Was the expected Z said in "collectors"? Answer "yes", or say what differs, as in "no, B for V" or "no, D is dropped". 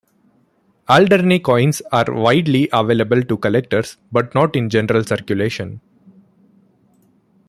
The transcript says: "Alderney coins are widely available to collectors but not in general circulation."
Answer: no, S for Z